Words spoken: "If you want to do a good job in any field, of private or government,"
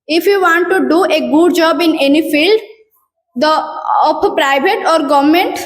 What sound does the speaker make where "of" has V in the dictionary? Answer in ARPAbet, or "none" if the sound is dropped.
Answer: P